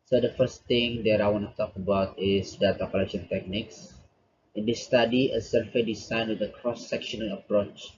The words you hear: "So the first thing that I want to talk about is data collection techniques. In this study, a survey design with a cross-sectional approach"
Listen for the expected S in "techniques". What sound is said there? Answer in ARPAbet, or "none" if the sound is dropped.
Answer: S